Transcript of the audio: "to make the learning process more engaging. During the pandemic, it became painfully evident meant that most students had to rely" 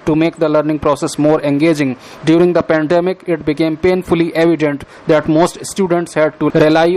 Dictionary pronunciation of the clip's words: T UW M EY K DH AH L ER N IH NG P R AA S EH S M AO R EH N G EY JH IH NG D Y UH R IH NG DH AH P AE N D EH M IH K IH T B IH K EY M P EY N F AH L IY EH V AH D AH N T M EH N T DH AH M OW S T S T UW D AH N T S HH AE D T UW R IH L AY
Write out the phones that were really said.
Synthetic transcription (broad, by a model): T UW M EY K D AH L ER N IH NG P R AA S EH S M AO R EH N G EY JH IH NG D Y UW R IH NG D AH P AE N D EH M IH K IH T B IH K EY M P EY N F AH L IY EH V AH D AH N T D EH T M OW S T S T UW D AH N T S HH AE D T UW R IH L AY